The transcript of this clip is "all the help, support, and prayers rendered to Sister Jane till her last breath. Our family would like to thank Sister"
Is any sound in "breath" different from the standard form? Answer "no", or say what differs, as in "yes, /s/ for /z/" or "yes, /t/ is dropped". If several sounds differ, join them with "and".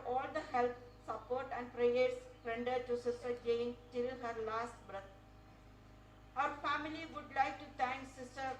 yes, /t/ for /θ/